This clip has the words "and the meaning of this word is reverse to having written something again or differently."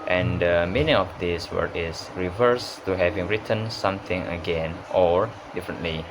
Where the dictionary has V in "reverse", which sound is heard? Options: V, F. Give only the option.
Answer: V